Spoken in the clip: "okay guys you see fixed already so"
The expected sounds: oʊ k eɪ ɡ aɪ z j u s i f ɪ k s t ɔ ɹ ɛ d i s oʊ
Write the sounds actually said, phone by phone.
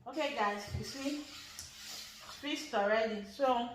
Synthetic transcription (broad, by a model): oʊ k eɪ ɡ aɪ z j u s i p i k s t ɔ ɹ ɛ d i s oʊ